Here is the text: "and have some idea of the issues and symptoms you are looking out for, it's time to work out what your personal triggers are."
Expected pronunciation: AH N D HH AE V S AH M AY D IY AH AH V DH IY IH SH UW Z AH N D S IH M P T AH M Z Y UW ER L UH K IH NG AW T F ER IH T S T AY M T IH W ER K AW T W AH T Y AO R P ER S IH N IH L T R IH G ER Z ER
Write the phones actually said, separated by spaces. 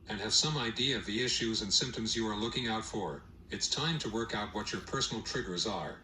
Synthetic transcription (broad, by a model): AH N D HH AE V S AH M AY D IY AH AH V DH IY IH SH UW Z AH N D S IH M P T AH M Z Y UW ER L UH K IH NG AW T F ER IH T S T AY M T IH W ER K AW T W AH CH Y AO R P ER S N L T R IH G ER Z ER